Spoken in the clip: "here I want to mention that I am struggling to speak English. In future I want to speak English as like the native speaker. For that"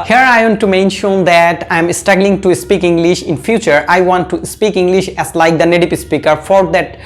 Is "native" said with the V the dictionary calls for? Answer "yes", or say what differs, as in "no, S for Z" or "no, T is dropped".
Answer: no, P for V